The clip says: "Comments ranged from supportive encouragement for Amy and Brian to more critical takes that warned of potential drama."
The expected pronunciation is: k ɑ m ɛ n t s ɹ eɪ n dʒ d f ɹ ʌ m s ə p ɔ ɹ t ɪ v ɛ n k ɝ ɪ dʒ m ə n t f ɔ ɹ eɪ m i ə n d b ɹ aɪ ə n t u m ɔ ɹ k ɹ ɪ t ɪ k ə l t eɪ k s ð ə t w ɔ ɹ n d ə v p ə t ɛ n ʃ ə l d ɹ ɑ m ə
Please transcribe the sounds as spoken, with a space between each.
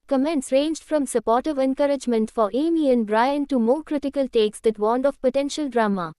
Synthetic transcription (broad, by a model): k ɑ m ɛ n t s ɹ eɪ n dʒ d f ɹ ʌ m s ə p ɔ ɹ t ɪ v ɛ n k ɝ ɪ dʒ m ə n t f ɔ ɹ eɪ m i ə n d b ɹ aɪ ə n t u m ɔ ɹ k ɹ ɪ t ɪ k ə l t eɪ k s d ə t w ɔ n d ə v p ə t ɛ n ʃ ə l d ɹ ɑ m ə